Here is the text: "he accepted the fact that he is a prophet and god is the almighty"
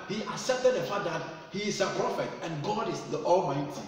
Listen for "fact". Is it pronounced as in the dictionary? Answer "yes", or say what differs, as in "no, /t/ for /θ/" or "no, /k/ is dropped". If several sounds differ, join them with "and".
no, /k/ is dropped